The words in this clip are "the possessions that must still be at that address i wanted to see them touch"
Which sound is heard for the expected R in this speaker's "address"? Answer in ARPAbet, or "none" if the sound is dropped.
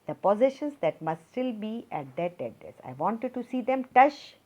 none